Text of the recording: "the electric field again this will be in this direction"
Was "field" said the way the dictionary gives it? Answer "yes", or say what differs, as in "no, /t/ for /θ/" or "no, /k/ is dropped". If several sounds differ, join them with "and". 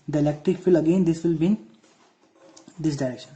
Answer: no, /d/ is dropped